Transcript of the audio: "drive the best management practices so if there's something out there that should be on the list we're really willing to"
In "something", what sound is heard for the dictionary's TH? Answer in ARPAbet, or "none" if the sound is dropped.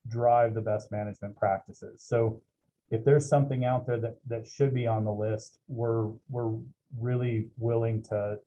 TH